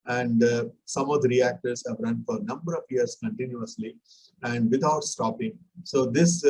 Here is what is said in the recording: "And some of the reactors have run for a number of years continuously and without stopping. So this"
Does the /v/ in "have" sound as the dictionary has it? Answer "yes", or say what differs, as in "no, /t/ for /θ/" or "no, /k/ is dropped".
yes